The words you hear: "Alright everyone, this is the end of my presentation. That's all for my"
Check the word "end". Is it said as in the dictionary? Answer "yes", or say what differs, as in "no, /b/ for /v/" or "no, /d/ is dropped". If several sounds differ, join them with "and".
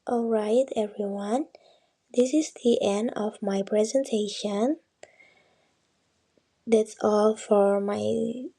yes